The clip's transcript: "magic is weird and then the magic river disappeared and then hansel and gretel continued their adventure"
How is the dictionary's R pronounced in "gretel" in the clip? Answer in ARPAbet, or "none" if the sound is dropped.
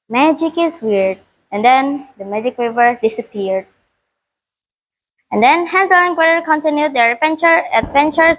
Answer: none